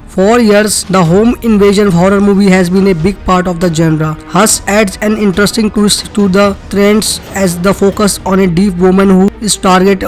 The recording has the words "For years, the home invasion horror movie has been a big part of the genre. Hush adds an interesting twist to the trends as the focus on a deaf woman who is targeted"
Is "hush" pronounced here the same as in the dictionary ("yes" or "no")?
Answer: no